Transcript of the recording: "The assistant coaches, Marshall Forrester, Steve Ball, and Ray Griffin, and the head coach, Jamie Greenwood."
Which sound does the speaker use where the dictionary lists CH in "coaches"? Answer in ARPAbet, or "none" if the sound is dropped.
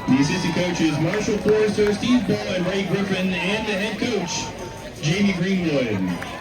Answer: CH